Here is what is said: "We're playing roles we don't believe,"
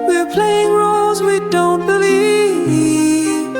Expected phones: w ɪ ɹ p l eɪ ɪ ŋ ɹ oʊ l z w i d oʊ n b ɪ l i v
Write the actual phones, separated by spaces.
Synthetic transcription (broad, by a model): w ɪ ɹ p l eɪ ɪ ŋ ɹ oʊ l z w i d oʊ n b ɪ l i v